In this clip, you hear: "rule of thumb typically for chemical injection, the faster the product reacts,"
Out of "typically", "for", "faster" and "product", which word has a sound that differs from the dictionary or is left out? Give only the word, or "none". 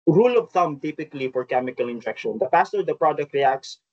faster